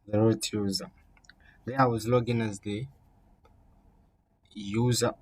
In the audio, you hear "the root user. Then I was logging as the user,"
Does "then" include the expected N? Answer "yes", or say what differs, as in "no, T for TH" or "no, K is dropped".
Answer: no, N is dropped